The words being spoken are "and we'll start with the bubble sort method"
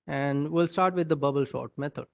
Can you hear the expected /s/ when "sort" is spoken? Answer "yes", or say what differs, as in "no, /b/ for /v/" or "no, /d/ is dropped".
no, /ʃ/ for /s/